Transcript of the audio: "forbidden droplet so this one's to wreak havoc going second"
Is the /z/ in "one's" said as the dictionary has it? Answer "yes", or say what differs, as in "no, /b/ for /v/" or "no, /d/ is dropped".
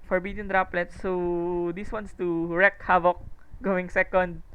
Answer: no, /s/ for /z/